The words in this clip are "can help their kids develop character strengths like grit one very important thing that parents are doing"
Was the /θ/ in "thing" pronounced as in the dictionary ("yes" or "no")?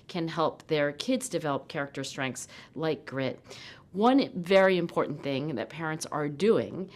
yes